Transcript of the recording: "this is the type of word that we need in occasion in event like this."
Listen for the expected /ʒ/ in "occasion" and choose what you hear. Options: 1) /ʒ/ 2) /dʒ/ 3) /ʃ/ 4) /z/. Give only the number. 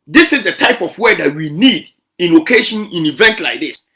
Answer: 3